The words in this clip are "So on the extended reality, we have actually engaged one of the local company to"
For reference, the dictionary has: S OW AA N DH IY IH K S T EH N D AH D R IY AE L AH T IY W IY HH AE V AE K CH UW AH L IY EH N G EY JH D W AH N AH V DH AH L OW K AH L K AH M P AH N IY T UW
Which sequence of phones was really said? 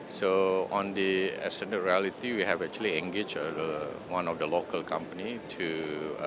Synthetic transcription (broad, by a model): S OW AA N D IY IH S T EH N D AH R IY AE L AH T IY W IY HH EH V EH K CH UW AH L IY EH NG G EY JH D W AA N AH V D AH L OW K AH L K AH M P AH N IY T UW